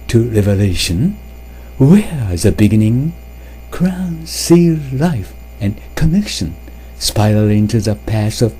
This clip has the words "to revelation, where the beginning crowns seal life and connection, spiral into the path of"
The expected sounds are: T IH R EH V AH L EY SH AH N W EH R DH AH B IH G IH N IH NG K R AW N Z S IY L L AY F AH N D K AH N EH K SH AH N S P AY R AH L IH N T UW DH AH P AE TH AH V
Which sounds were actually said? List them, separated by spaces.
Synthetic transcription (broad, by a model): T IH R EH V AH L EY SH AH N W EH R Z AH B IH G IH N IH NG K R AW N S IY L L AY F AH N K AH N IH K SH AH N S P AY AH L IH N T UW DH AH P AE S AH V